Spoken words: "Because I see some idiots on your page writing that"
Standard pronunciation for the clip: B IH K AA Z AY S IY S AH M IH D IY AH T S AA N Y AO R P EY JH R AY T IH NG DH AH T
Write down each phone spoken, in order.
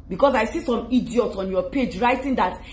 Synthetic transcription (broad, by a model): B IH K AA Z AY S IY S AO M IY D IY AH T S AA N Y AO P EY JH R AY T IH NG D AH T